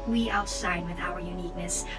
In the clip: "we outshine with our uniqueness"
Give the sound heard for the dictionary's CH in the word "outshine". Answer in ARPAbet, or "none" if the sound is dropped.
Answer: S